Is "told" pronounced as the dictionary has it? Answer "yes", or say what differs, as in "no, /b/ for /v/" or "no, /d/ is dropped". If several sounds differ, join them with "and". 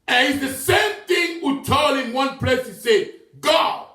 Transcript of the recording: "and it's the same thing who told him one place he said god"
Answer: no, /d/ is dropped